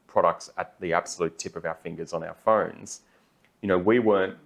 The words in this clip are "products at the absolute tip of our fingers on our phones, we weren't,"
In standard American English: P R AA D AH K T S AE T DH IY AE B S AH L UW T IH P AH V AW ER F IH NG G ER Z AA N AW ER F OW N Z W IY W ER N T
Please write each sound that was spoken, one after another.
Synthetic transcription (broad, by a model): P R AA D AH K T S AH T DH IY AE B S AH L UW T IH P AH V AW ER F IH NG G ER Z N AW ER F OW N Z W IY W ER N T